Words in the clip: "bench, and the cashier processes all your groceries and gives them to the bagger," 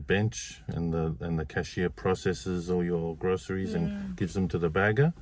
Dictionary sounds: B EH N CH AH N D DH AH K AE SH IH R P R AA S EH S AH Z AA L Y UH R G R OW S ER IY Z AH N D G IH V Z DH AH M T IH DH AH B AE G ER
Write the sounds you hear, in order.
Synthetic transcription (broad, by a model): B EH N CH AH N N DH AH K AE SH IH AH P R AA S EH S AH Z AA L Y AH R G R OW S ER IY Z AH N G IH V Z DH AH M T IH DH AH B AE G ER